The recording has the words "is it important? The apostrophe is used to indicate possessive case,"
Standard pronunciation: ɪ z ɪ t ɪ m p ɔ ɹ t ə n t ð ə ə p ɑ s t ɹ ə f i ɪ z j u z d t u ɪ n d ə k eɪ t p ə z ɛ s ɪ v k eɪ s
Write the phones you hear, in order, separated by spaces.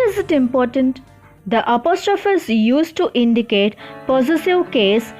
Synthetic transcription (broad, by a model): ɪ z ɪ t ɪ m p ɔ ɹ t ə n t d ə ə p ɑ s t ɹ ə f i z j u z t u ɪ n d ə k eɪ t p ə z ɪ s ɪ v k eɪ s